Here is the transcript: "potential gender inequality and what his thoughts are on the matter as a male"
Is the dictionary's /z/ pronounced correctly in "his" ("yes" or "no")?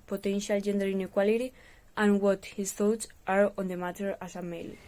no